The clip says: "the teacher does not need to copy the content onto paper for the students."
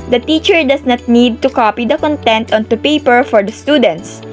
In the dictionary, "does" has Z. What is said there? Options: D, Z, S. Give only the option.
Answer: S